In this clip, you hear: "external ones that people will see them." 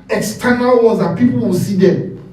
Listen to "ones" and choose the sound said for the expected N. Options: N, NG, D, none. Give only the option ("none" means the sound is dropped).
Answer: none